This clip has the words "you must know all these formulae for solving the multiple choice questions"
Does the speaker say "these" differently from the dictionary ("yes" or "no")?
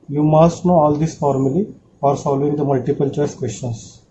yes